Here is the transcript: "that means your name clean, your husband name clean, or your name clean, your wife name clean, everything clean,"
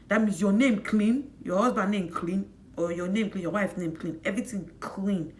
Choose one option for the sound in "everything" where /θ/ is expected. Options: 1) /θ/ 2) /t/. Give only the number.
2